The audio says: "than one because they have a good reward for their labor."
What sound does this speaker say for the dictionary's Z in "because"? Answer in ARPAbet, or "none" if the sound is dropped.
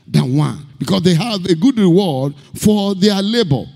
S